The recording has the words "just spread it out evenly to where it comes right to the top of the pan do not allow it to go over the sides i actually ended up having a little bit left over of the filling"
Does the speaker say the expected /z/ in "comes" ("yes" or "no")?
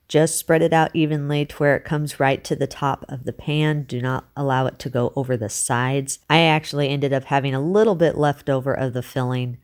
yes